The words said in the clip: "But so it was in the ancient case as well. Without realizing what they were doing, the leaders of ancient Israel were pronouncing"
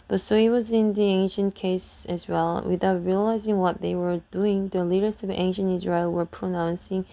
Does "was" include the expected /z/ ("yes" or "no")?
yes